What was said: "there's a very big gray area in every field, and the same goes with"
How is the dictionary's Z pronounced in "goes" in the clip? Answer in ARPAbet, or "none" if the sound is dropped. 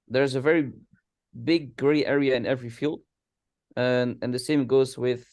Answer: Z